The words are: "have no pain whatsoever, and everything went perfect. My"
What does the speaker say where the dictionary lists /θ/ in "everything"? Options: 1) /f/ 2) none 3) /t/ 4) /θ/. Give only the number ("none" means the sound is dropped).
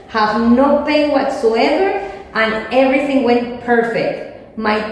4